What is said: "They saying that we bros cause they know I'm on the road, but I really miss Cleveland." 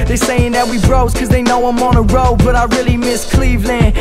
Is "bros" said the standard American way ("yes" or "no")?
yes